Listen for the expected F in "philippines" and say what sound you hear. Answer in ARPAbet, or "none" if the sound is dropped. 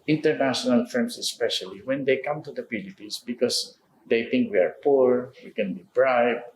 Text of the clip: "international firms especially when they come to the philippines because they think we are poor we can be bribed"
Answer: P